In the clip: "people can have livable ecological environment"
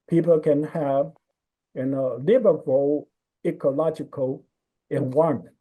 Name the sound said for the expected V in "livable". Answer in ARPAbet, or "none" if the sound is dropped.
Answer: B